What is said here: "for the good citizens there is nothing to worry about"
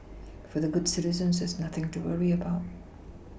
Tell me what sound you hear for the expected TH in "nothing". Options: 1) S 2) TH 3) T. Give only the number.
2